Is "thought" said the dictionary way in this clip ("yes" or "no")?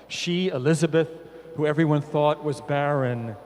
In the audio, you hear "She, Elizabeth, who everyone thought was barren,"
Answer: yes